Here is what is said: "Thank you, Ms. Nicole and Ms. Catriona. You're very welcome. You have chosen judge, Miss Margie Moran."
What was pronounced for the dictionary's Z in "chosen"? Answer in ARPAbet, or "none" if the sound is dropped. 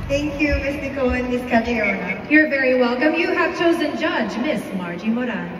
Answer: Z